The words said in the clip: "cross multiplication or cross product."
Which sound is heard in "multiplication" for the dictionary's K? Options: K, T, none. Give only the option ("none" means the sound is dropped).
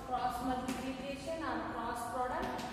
none